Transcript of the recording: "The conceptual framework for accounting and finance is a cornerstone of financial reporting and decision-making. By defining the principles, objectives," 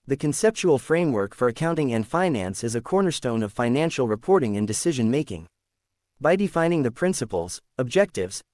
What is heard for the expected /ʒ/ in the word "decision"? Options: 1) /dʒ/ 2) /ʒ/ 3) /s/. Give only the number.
2